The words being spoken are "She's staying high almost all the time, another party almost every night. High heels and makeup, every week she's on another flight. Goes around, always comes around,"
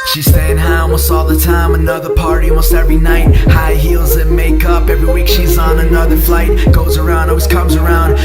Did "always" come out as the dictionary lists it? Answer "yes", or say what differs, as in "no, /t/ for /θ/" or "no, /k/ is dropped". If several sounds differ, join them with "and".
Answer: no, /s/ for /z/